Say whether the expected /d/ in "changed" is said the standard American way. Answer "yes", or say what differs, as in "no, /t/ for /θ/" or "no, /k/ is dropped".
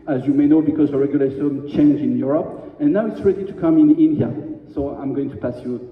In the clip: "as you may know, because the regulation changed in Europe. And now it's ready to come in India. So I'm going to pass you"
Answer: no, /d/ is dropped